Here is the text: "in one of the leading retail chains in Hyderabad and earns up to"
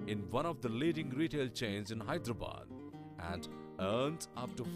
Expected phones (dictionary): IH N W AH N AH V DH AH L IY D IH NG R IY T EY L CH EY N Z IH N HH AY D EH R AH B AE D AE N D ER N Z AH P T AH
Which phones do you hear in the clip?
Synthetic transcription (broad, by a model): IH N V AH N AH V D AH L IY D IH NG R IY T EY L CH EY N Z IH N HH AY D R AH B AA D AE N D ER N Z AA F T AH